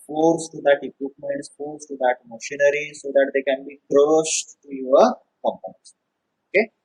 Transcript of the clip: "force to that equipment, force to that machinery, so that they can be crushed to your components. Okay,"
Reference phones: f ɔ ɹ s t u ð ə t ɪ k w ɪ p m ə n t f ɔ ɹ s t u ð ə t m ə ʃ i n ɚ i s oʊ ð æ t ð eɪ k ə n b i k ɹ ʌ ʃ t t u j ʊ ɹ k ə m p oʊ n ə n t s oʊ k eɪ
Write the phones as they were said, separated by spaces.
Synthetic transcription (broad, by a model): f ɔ ɹ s t u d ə t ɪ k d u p m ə n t f ɔ ɹ s t u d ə t m ə ʃ i n ɚ i s oʊ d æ t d eɪ k ə n b i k ɹ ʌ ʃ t t u j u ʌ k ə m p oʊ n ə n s oʊ k eɪ